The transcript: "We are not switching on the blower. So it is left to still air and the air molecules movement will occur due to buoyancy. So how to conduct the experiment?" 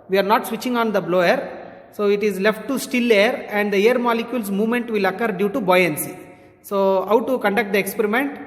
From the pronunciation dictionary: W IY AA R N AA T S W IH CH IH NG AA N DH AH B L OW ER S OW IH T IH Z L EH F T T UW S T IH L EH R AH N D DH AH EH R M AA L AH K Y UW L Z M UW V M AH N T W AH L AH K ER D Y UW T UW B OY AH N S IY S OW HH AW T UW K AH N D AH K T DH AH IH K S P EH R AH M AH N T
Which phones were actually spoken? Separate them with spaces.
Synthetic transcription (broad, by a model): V IY AA R N AA T S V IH CH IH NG AA N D AH B L OW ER S OW IH T IH Z L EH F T T UW S T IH L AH R AH N D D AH EH R M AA L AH K Y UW L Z M UW V M AH N T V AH L AH K ER D Y UW T UW B OY AH N S IY S OW HH AW T UW K AH N D AH K T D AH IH K S P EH R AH M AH N T